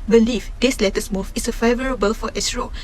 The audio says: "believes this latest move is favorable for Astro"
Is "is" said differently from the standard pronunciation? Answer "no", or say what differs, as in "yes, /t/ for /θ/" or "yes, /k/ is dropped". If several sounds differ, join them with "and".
yes, /s/ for /z/